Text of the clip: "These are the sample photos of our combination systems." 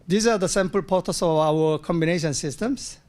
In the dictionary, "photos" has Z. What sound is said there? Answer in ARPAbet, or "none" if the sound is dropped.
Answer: S